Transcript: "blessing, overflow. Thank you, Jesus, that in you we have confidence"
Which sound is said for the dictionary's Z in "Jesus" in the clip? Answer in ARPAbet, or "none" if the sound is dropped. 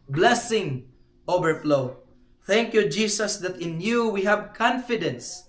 S